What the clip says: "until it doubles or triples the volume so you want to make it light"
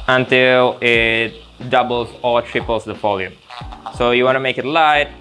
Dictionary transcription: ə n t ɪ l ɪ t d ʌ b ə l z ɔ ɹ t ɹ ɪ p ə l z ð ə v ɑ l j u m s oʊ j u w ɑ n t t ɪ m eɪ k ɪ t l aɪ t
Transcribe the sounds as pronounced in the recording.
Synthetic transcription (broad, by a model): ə n t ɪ l ɪ t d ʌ b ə l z ɔ l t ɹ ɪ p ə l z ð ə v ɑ l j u m s oʊ j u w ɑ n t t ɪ m eɪ k ɪ t l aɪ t